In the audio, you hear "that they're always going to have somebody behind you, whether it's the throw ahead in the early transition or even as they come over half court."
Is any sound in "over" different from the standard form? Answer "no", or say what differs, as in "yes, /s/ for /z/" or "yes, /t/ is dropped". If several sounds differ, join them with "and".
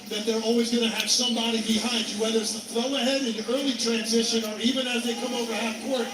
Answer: no